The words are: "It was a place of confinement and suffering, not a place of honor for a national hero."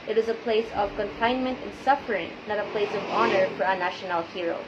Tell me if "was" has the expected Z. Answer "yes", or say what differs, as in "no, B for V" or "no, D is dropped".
yes